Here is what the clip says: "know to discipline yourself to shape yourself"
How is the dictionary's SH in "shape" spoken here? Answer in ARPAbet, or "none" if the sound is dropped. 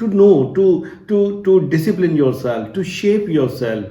SH